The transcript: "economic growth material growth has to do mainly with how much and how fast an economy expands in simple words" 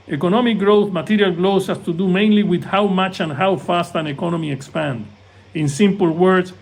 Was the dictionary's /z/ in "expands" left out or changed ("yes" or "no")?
yes